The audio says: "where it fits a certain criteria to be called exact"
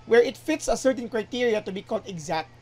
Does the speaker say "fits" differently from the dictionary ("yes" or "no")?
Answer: no